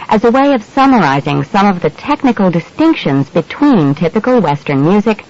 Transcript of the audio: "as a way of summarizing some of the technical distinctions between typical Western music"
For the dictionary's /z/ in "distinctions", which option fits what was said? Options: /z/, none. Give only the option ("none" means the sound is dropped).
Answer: /z/